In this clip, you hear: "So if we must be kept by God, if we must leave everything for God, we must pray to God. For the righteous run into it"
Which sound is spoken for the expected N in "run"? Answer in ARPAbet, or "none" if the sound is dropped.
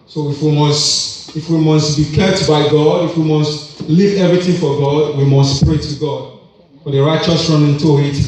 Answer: N